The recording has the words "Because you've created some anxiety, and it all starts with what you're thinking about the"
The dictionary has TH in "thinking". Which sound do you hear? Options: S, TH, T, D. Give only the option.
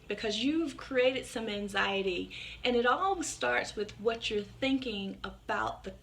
TH